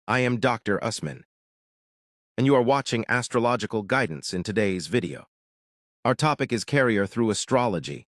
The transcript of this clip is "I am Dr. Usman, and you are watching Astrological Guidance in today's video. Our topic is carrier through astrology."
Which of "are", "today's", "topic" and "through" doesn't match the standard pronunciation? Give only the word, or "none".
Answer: none